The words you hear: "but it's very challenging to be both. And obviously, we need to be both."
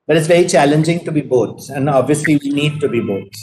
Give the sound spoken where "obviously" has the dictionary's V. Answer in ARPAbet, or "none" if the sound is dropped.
V